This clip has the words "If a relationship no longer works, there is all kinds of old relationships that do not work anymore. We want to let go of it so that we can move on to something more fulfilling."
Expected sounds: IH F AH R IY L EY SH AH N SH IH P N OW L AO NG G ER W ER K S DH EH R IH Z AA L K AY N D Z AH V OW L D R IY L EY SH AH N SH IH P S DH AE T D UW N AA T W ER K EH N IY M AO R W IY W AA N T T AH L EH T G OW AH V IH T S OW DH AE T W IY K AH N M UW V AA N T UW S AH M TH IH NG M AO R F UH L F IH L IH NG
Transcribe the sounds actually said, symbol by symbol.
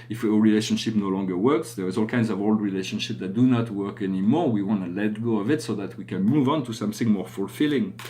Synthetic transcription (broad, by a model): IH F AH R IY L EY SH AH N SH IH P N OW L AO NG G ER W ER K S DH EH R IH Z AA L K AY N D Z AH V OW L D R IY L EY SH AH N SH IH P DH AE T D UW N AA T W ER K EH N IY M AO R W IY W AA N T T AH L EH T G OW AH V IH T S OW DH AE T W IY K AH N M UW V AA N T UW S AH M TH IH NG M AO R F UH L F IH L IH NG